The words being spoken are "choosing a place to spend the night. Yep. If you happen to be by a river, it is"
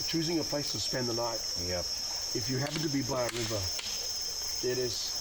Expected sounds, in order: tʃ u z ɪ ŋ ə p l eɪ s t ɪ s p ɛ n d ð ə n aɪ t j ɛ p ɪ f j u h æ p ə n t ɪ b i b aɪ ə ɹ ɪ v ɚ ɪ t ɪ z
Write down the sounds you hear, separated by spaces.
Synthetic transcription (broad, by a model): tʃ u z ɪ ŋ ə p l eɪ s t ɪ s p ɛ n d ð ə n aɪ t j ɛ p ɪ f j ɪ h æ p ə n t ɪ b i b aɪ ə ɹ ɪ v ɚ ɪ t ɪ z